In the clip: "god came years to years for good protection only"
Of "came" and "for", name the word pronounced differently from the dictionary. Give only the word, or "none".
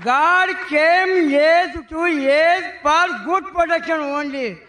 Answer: for